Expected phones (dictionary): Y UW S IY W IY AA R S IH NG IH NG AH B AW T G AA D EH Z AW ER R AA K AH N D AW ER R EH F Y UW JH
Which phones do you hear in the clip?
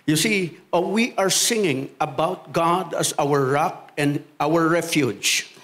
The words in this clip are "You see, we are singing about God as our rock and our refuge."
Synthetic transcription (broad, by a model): Y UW S IY W IY AA R S IH NG IH NG AH B AW T G AA D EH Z AW ER R AA K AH N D AW ER R EH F Y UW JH